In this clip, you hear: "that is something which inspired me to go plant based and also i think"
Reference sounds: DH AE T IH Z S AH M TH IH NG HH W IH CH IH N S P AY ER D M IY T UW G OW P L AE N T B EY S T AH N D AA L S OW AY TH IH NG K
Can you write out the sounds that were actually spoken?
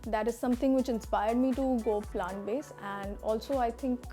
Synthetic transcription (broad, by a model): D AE T IH Z S AH M T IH NG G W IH CH IH N S P AY ER D M IY T UW G OW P L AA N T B EY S AH N D AA L S OW AY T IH NG K